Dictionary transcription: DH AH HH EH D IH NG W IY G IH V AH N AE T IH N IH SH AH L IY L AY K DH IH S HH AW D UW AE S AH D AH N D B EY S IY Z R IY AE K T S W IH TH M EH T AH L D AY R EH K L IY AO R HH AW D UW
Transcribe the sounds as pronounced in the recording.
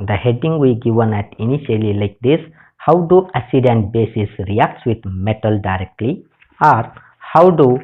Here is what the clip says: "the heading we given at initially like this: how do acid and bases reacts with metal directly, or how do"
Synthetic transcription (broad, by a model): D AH HH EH D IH NG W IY G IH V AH N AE T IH N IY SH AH L IY L AY K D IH S HH AW D UW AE S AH D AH N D B EY S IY S R IY AE K T S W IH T M EH T AH L D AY R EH K L IY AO R HH AW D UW